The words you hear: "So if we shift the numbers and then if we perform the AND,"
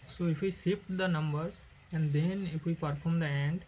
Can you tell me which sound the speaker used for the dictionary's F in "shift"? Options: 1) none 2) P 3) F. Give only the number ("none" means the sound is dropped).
2